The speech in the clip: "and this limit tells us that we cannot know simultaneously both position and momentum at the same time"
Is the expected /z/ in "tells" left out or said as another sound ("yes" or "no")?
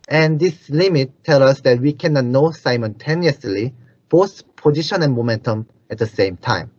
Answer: yes